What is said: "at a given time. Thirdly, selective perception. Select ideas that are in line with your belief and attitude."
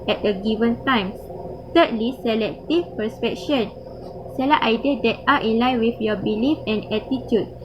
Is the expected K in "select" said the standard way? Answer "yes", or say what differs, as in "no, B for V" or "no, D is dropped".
no, K is dropped